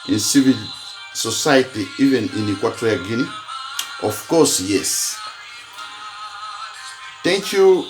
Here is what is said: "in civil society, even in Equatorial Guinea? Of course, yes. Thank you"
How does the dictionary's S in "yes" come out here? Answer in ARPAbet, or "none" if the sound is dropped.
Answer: S